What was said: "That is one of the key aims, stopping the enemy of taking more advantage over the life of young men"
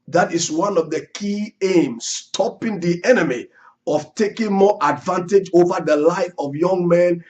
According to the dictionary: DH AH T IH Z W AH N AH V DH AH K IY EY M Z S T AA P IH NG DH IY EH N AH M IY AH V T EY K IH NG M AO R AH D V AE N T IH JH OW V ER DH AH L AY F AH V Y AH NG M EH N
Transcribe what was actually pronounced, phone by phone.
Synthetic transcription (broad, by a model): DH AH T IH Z W AH N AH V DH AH K IY EY M S T AA P IH NG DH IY EH N AH M IY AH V T EY K IH NG M AO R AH D V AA N T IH JH OW V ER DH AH L AY F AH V Y AH NG M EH N